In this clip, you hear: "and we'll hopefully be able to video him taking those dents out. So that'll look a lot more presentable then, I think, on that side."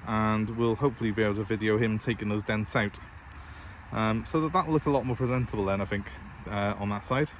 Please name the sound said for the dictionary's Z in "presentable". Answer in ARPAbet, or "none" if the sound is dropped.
Z